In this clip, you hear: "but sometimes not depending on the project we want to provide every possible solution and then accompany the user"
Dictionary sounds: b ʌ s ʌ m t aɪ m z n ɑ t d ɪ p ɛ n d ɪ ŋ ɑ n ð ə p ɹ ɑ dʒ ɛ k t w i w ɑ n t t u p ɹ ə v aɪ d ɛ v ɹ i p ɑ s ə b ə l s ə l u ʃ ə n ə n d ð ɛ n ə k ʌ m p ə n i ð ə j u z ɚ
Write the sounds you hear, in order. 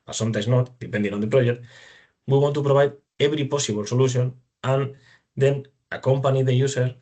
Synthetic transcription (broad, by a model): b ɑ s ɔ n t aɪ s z n ɑ t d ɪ p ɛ n d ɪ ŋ ɑ n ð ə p ɹ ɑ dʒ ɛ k t w i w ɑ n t t u p ɹ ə b aɪ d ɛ b ɹ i p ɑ s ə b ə l s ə l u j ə n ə n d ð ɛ n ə k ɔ m p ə n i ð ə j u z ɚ